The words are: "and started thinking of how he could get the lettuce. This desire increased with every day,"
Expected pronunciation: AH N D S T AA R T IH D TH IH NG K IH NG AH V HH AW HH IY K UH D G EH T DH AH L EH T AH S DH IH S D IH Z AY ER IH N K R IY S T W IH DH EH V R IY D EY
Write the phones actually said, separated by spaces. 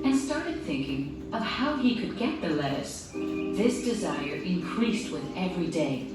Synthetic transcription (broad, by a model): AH N S T AA R T IH D TH IH NG K IH NG AH V HH AW IY K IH D G EH T DH AH L EH T AH S DH IH S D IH Z AY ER IH N K R IY S T W IH DH EH V R IY D EY